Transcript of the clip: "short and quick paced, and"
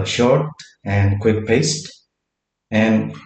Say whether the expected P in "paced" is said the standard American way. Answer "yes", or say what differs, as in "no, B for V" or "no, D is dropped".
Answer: yes